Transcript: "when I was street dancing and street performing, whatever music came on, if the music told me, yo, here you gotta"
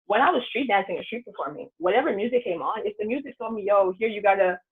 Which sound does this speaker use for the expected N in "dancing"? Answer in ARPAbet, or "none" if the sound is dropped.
N